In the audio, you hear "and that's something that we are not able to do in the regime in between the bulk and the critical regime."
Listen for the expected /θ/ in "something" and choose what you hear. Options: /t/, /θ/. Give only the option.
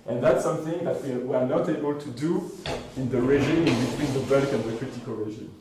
/θ/